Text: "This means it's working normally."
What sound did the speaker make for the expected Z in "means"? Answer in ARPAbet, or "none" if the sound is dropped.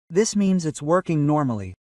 Z